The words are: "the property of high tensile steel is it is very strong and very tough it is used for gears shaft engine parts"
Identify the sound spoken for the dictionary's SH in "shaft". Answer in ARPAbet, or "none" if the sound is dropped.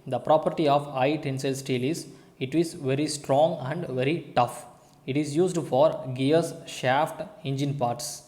SH